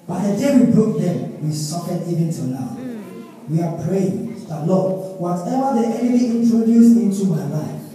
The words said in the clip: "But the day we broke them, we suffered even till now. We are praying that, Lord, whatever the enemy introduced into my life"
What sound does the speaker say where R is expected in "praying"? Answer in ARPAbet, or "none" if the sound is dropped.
R